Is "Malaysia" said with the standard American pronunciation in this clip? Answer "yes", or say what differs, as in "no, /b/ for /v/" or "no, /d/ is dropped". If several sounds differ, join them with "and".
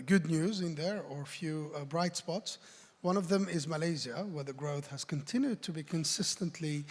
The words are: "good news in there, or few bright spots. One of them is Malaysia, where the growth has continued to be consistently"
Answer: no, /z/ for /ʒ/